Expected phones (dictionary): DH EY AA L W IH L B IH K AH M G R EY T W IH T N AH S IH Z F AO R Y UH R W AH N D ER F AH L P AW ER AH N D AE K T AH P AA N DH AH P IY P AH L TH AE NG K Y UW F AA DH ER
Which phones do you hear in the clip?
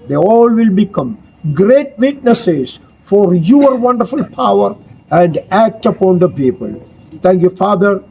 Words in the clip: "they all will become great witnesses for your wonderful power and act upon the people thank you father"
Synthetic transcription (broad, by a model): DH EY AA L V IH L B IH K AH M G R EY T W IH T N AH S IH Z F AO R Y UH R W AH N D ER F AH L P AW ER AH N D AE K T AH P AA N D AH P IY P AH L T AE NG K Y UW F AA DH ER